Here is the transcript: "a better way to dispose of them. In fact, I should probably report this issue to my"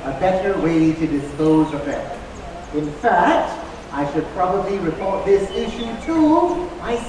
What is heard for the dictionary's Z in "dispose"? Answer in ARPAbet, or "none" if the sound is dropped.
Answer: Z